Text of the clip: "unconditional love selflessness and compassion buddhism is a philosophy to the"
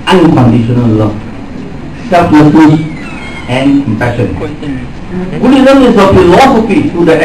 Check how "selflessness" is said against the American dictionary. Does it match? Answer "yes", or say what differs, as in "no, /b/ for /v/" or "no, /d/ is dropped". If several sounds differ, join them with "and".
no, /n/ is dropped